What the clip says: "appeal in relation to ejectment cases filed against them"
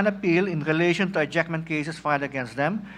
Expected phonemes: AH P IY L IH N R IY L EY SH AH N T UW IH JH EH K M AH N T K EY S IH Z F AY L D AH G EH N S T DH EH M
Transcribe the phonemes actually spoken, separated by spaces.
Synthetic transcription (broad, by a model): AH P IY L IH N R IY L EY SH AH N T UW IH JH EH K M AH N T K EY S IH S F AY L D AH G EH N S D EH M